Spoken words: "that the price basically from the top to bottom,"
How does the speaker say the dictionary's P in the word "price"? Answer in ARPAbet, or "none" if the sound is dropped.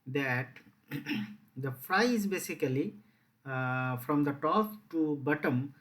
F